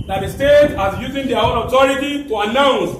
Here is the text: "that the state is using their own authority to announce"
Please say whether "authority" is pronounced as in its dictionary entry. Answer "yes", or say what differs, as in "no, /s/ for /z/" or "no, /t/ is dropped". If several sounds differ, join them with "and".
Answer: no, /t/ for /θ/